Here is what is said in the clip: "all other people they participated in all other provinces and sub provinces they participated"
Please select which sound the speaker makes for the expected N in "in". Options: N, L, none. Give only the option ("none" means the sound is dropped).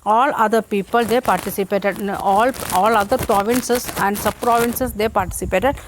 L